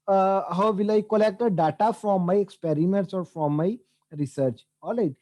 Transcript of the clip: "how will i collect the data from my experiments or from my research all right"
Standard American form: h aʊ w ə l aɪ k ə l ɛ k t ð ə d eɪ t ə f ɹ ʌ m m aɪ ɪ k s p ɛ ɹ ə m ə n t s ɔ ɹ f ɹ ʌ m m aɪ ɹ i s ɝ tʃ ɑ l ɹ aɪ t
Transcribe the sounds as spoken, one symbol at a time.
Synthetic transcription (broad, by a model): h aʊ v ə l aɪ k ə l ɛ k t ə d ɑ t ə f ɹ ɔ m m aɪ ɪ k s p ɛ ɹ ə m ə n t s ɔ ɹ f ɹ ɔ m m aɪ ɹ i s ɝ tʃ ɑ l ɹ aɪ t